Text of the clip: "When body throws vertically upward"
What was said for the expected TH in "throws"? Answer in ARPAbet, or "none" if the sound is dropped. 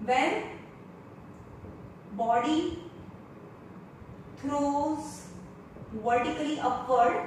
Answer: T